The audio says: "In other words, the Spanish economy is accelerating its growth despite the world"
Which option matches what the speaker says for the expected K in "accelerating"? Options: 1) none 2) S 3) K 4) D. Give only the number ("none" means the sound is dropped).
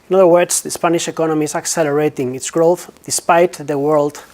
3